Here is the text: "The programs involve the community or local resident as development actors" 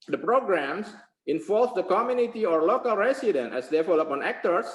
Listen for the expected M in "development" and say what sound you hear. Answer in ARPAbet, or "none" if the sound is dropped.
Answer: none